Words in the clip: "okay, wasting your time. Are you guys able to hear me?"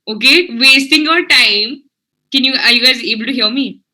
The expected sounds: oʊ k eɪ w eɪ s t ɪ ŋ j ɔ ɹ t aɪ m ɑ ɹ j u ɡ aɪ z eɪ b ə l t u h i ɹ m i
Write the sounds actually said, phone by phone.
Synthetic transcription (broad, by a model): oʊ k eɪ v eɪ s t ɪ ŋ j ɔ ɹ t aɪ m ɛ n j u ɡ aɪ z eɪ b ə l t u h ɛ w m i